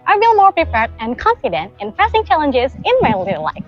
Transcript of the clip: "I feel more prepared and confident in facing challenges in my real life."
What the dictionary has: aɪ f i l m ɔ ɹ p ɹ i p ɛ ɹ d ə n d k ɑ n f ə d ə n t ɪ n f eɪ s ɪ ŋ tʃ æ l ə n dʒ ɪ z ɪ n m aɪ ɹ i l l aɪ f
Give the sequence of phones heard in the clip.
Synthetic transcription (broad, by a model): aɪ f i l m ɔ ɹ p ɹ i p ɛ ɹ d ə n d k ɑ n f ə d ə n t ɪ n p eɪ s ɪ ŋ tʃ æ l ə n dʒ ɪ z ɪ n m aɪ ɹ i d l aɪ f